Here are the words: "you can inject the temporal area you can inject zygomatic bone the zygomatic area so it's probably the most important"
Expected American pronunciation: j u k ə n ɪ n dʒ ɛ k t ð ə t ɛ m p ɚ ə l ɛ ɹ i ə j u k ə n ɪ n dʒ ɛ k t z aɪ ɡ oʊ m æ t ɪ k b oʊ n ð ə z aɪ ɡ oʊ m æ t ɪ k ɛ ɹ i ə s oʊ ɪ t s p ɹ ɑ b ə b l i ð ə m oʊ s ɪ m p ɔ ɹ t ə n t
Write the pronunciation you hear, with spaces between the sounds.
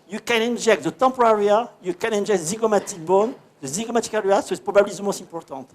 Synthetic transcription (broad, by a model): j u k ə n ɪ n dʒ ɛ k t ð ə t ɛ p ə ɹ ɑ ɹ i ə j u k ə n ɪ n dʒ ɛ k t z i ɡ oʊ m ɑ t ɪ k b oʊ n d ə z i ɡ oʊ m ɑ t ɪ k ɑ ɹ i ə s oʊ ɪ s p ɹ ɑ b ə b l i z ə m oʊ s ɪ p ɔ ɹ t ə t